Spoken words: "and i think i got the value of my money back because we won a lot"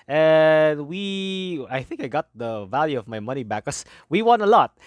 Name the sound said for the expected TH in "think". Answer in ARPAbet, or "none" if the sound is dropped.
TH